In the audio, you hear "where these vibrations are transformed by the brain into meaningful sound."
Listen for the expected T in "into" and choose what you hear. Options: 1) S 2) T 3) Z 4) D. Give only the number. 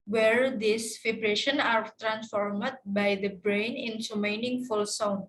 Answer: 1